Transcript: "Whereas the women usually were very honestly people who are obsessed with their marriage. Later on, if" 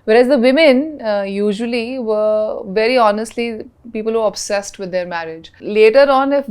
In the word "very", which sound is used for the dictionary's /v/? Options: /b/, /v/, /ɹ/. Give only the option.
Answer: /v/